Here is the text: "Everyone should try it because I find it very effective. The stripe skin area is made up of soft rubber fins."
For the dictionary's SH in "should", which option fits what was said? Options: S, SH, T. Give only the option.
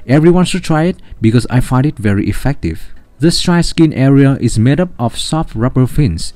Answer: S